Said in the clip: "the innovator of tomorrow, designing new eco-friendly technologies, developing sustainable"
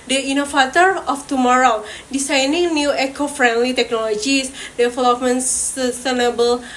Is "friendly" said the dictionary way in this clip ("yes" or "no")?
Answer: yes